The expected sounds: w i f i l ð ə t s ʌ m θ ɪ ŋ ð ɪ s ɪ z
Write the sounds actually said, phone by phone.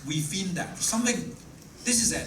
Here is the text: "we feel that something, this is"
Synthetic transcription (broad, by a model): w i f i n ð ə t s ʌ m θ ɪ ŋ ð ɪ s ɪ z